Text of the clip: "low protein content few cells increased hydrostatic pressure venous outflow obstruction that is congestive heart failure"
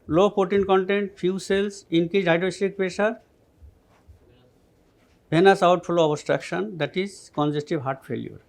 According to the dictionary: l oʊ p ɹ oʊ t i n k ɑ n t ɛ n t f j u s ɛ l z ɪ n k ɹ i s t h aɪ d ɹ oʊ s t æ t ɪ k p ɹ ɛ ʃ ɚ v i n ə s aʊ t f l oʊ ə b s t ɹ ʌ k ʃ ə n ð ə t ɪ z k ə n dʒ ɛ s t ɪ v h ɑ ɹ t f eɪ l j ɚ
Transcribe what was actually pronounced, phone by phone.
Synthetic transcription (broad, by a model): l oʊ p oʊ t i n k ɑ n t ɛ n t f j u s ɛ l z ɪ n k i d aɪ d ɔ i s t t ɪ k p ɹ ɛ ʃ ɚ b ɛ n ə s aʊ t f l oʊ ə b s t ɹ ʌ k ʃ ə n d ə t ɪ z k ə n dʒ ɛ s t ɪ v h ɑ ɹ t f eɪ l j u